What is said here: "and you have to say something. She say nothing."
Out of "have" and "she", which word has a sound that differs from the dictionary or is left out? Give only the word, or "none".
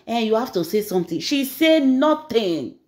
have